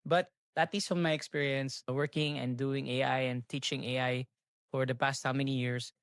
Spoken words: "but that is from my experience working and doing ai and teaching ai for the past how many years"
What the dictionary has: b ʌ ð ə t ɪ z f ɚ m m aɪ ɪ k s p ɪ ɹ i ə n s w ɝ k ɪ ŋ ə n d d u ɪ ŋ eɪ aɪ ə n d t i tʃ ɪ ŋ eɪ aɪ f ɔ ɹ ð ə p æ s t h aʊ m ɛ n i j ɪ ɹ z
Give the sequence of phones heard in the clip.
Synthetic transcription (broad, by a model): b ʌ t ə t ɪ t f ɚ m m aɪ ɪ k s p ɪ ɹ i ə n s w ɝ k ɪ ŋ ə n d d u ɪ ŋ eɪ aɪ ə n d t i tʃ ɪ ŋ eɪ aɪ f ɔ ɹ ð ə p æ s t h aʊ m ɛ n i j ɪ ɹ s